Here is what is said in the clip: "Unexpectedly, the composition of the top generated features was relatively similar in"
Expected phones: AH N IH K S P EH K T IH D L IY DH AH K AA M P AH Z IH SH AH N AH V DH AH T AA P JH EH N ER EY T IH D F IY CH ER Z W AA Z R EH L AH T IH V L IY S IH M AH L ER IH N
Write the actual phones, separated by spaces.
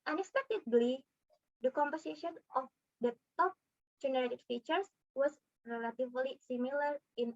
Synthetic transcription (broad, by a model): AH N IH K S P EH K T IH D L IY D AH K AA M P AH S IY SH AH N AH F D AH T AA P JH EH N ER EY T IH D F IY CH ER S W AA S R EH L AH T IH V L IY S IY M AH L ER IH N